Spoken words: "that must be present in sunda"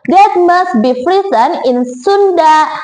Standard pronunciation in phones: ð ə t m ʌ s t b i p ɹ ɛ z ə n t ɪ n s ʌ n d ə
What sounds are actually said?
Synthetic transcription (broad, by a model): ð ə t m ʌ s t b i f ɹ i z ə n ɪ n s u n d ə